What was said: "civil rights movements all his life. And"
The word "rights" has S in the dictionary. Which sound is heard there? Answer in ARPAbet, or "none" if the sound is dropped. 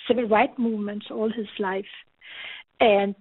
none